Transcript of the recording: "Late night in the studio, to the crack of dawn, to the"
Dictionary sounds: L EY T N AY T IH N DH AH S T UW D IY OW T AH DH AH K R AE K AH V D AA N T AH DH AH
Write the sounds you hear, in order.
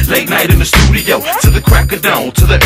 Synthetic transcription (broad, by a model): L EY T N AY T IH N DH AH S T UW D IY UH T AH DH AH K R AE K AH D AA L T AH DH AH